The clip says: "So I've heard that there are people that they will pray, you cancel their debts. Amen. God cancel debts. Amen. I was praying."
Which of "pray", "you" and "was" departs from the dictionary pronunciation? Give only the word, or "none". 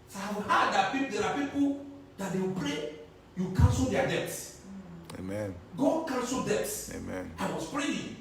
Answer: was